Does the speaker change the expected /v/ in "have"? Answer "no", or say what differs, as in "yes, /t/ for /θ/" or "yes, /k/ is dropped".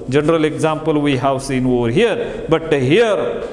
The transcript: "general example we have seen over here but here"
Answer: yes, /w/ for /v/